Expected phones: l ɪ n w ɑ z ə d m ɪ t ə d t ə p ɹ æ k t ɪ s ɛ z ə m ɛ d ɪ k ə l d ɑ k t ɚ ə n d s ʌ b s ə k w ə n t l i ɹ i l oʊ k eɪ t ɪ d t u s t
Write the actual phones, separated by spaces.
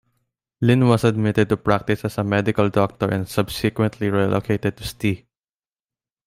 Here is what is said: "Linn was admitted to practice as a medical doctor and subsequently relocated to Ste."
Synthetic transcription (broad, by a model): l ɪ n w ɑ s ə d m ɪ t ə d t ə p ɹ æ k t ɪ s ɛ s ə m ɛ d ɪ k ə l d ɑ k t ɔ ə n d s ʌ b s ə k w ə n t l i ɹ i l oʊ k eɪ t ɪ d t u s t